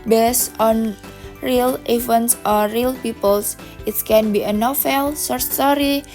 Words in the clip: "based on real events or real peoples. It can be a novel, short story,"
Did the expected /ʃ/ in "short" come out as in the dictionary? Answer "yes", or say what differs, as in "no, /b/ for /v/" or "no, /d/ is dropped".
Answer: no, /s/ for /ʃ/